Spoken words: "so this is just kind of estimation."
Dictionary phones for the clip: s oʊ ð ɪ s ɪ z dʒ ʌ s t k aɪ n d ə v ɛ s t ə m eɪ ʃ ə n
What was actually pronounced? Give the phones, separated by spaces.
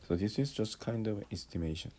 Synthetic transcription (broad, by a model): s oʊ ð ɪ s ɪ z dʒ ʌ s t k aɪ n d ə v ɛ s t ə m eɪ ʃ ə n